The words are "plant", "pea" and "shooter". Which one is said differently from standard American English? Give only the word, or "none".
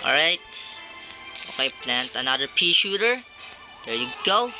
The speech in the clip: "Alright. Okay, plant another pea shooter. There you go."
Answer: none